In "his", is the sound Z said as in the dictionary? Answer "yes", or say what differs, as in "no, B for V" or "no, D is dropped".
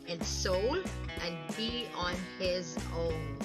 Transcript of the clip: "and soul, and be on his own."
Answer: yes